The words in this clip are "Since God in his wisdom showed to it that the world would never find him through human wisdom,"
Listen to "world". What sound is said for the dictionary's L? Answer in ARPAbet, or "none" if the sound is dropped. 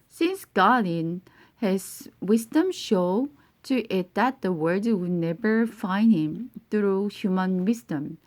none